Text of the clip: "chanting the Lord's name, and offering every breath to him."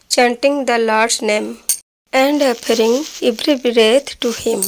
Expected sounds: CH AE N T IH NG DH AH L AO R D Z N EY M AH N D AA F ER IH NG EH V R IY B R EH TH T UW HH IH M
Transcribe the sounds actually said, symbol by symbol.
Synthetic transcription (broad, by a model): CH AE N T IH NG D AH L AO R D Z N EY M AH N D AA P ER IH NG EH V R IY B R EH T T UW HH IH M